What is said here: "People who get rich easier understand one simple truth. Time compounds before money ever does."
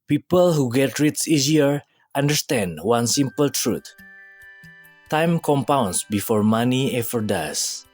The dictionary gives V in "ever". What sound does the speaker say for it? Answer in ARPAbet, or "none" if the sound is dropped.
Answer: F